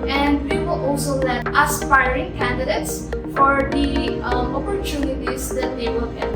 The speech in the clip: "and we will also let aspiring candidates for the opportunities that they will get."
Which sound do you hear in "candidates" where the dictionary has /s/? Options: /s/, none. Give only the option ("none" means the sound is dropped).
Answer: /s/